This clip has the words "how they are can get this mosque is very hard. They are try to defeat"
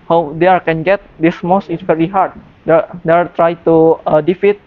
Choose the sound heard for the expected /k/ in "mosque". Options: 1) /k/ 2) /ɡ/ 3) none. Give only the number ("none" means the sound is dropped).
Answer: 3